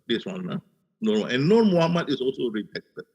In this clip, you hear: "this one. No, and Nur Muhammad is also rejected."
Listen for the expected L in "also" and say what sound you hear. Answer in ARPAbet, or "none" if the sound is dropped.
L